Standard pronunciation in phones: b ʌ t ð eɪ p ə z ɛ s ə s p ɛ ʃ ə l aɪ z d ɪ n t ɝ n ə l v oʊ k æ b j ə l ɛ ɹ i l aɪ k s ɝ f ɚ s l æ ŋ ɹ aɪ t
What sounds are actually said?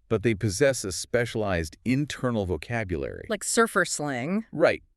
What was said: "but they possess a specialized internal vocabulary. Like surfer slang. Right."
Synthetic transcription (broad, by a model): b ʌ t ð eɪ p ə z ɛ s ə s p ɛ ʃ ə l aɪ z d ɪ n t ɝ n l v oʊ k æ b j ə l ɛ ɹ i l aɪ k s ɝ f ɚ s l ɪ ŋ ɹ aɪ t